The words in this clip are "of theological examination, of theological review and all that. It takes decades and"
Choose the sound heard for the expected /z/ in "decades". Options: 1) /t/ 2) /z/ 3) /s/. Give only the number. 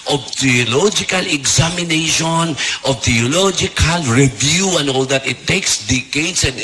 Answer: 3